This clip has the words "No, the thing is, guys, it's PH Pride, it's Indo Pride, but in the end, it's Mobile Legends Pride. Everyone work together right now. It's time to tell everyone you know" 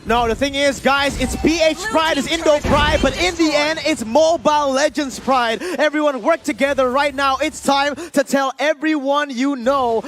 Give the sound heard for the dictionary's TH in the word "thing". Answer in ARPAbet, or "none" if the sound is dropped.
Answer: TH